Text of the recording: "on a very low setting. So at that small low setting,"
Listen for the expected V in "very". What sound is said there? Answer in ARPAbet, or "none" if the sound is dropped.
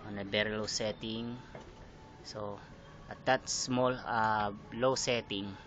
B